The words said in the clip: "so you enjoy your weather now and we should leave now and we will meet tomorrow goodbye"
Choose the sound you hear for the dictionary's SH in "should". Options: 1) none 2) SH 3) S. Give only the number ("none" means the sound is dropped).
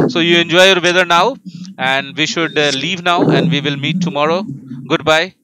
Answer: 2